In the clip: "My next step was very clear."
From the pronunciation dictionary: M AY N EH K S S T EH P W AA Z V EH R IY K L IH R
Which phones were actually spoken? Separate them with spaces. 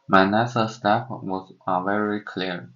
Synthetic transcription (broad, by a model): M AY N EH S S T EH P W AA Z V EH R IY K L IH R